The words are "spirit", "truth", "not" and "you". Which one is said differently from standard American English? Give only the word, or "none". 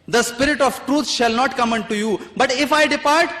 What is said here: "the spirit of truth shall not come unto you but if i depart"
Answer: truth